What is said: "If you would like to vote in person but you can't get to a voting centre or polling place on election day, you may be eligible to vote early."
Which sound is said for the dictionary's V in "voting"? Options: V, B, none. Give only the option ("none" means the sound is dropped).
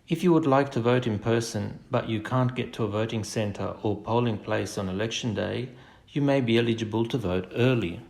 V